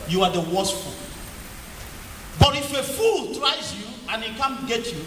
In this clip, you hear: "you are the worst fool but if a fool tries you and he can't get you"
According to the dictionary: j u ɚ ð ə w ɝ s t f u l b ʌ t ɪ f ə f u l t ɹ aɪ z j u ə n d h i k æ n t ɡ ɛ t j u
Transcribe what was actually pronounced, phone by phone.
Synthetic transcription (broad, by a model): j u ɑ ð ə w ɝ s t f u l b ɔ t ɪ f ə f u l t ɹ aɪ z j u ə n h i k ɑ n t ɡ ɛ t j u